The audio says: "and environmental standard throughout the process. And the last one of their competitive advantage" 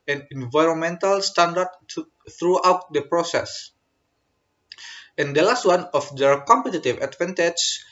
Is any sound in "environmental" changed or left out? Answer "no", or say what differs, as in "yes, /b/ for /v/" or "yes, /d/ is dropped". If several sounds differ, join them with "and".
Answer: no